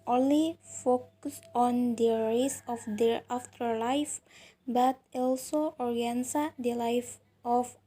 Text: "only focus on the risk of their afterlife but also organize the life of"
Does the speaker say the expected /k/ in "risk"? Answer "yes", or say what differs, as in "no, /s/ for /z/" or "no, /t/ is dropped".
no, /k/ is dropped